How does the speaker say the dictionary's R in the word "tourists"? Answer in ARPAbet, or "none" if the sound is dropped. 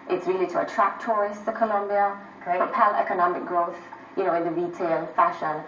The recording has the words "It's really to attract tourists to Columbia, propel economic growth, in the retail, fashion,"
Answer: none